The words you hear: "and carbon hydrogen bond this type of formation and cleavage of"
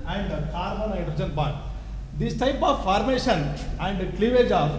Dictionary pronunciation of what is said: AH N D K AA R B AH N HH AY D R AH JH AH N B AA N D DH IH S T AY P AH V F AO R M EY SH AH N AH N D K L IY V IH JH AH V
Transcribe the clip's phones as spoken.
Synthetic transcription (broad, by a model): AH N D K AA R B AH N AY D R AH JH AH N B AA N D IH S T AY P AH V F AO R M EY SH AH N AH N D K L IY V IH JH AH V